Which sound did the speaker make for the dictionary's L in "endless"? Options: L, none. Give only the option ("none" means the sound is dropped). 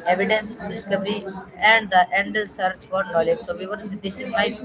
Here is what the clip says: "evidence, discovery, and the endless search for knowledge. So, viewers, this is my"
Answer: none